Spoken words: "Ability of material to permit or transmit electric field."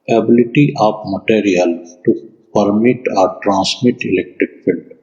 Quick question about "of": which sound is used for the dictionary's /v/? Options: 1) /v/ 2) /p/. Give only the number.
2